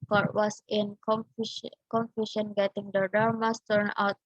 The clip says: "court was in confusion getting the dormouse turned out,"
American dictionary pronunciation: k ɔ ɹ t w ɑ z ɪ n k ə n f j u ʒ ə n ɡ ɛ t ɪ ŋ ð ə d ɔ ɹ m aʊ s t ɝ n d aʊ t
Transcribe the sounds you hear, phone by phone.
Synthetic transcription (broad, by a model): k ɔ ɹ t w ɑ s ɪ n k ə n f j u ʃ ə n ɡ ɛ t ɪ ŋ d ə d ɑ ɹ m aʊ s t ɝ n aʊ t